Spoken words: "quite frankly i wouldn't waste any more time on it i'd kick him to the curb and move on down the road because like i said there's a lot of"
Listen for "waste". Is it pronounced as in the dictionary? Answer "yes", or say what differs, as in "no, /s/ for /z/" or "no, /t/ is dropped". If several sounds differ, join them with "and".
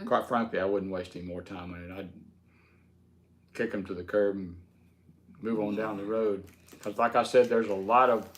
yes